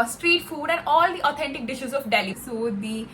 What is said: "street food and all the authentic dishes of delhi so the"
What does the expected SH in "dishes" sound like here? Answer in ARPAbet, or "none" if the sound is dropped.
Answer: SH